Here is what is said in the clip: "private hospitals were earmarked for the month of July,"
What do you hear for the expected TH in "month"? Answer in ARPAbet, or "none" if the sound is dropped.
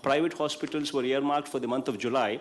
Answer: T